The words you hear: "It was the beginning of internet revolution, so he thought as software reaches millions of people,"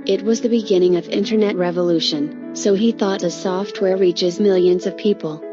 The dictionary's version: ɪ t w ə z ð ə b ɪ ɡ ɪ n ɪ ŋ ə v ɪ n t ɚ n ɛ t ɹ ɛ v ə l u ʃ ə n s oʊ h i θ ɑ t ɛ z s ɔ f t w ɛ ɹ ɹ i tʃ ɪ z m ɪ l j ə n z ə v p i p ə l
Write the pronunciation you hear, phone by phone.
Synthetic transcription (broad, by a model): ɪ t w ə z ð ə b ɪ ɡ ɪ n ɪ ŋ ə v ɪ n t ɚ n ɛ t ɹ ɛ v ə l u ʃ ə n s oʊ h i θ ɑ t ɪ s ɔ f t w ɛ ɹ ɹ i tʃ ɪ z m ɪ l j ə n z ə v p i p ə l